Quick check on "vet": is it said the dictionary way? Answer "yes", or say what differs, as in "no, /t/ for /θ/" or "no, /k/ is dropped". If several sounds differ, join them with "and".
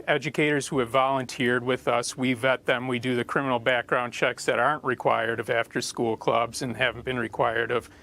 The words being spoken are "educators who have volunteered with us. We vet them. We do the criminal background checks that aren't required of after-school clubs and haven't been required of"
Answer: yes